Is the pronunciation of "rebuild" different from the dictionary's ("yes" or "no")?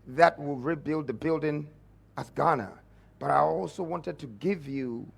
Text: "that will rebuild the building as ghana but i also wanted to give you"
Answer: no